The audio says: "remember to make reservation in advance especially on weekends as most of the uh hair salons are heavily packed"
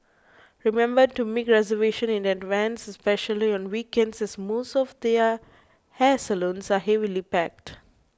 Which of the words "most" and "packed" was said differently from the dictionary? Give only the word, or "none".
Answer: none